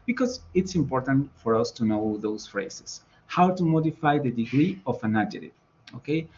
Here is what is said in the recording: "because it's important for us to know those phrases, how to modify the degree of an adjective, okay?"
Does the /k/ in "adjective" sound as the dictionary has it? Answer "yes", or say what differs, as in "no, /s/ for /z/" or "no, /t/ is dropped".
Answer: no, /k/ is dropped